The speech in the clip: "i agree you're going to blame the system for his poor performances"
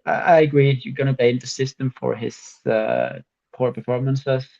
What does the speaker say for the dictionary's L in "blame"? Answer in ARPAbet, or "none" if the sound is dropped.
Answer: none